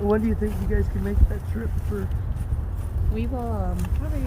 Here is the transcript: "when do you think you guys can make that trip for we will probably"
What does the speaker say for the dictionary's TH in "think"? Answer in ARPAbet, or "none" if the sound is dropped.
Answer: TH